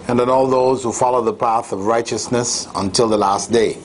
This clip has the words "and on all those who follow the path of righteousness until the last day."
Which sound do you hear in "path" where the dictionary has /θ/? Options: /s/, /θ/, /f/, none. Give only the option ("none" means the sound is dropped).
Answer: /θ/